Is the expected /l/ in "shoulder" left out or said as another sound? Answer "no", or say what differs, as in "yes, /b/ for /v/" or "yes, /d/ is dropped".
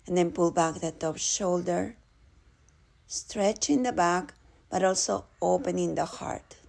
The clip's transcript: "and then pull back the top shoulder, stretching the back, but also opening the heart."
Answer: no